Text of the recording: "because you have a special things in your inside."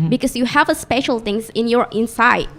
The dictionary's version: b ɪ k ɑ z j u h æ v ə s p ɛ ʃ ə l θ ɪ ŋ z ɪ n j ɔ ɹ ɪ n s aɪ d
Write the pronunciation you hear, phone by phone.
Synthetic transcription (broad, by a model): b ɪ k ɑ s j u h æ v ə s p ɛ ʃ ə l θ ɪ ŋ s ɪ n j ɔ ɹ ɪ n s aɪ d